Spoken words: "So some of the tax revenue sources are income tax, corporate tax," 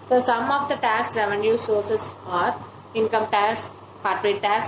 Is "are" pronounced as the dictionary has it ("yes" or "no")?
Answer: yes